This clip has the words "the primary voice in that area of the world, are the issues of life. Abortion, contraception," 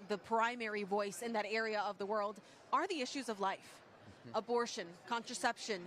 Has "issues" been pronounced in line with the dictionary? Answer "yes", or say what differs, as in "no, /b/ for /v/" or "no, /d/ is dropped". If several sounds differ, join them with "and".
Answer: yes